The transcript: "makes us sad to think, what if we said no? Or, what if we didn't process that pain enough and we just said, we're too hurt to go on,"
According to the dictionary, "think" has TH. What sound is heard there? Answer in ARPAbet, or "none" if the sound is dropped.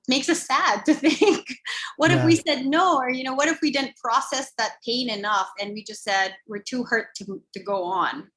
TH